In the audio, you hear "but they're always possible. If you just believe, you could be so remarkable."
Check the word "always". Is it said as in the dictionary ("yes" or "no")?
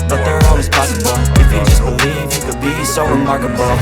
no